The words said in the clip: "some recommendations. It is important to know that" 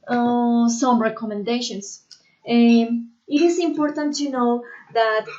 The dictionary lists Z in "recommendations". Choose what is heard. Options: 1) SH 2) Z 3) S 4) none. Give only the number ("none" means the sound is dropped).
3